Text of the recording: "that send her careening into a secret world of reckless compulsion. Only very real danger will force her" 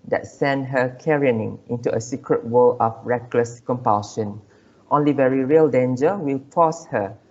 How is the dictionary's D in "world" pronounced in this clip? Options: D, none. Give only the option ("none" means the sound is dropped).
none